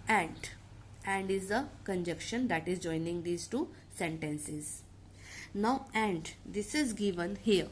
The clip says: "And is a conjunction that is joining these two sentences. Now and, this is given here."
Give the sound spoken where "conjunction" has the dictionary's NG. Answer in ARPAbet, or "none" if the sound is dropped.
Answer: none